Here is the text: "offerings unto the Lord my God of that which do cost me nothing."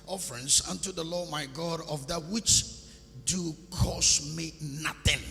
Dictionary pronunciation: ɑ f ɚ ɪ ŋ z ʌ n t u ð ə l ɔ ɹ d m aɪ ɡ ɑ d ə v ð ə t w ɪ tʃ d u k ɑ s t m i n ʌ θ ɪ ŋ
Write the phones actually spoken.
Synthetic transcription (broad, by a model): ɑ f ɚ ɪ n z ʌ n t u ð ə l ɔ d m aɪ ɡ ɑ d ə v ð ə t w ɪ tʃ d u k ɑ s m i n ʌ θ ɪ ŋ